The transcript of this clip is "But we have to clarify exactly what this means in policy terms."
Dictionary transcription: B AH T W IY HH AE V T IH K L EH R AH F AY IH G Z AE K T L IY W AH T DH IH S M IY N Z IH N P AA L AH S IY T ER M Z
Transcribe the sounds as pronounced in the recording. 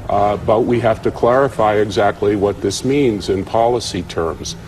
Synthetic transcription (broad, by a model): B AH T W IY HH AE F T IH K L EH R AH F AY IH G Z AE K T L IY W AH T DH IH S M IY N Z IH N P AA L AH S IY T ER M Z